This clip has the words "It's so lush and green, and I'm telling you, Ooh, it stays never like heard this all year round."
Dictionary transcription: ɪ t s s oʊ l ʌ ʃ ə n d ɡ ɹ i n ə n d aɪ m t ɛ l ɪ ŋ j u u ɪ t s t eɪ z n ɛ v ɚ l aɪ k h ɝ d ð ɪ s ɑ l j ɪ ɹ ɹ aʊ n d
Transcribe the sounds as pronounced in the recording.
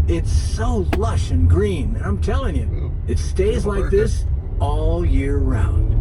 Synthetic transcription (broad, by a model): ɪ t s s oʊ l ʌ ʃ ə n ɡ ɹ i n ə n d aɪ m t ɛ l ɪ ŋ j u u ɪ t s t eɪ z l aɪ k ð ɪ s ɑ l j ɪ ɹ ɹ aʊ n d